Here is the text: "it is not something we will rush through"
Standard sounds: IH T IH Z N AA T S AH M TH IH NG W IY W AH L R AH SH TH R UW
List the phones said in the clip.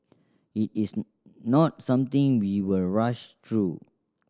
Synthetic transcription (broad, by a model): IH T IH S N AA T S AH M T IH NG W IY W AH L R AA SH T R UW